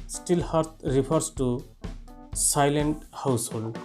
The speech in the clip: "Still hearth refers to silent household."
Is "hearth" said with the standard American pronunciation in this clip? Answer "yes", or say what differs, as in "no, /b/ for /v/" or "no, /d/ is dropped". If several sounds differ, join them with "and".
no, /t/ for /θ/